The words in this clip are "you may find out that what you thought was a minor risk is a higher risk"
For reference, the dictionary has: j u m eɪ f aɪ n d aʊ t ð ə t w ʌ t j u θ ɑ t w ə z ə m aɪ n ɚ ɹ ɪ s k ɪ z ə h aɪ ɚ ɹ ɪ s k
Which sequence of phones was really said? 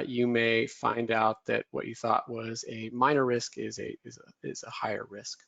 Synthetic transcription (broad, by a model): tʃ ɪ m eɪ f aɪ n d aʊ t ð ə t w ʌ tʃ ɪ θ ɑ t w ə z ə m aɪ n ɚ ɹ ɪ s k ɪ z ə h aɪ ɚ ɹ ɪ s k